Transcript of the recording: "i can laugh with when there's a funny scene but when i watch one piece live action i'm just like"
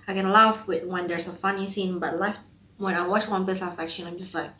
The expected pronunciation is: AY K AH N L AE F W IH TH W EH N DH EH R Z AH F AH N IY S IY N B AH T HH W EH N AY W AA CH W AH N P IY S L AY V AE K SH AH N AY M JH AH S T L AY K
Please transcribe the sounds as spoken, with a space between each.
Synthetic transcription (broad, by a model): AY K AH N L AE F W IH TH W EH N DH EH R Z AH F AH N IY S IY N B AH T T W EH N AY W AA CH W AH N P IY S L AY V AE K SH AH L AY M JH AH S T L AY K